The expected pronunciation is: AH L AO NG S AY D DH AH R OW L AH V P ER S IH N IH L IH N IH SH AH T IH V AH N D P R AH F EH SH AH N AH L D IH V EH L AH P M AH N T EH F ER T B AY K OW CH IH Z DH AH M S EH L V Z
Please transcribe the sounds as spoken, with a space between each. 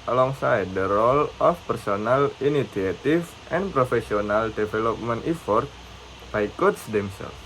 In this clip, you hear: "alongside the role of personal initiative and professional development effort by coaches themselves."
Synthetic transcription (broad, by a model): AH L AO NG S AY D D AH R OW L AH F P ER S IH N IH L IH N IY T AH T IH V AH N P R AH F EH S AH N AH L D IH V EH L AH P M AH N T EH F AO T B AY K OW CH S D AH M S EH L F